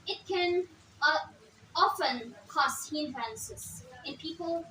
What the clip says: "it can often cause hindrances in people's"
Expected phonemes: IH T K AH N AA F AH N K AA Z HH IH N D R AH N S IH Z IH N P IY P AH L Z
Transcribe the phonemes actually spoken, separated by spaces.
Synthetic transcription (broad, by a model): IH T K AH N AA F AH N K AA S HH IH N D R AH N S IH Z IH N P IY P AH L